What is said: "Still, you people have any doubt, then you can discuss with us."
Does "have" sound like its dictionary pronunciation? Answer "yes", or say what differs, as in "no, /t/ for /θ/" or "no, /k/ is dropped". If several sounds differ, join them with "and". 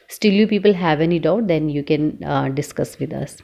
yes